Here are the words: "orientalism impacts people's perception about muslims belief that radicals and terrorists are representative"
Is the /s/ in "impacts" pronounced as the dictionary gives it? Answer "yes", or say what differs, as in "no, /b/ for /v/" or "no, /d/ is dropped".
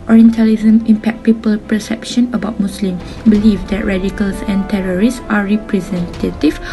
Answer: no, /s/ is dropped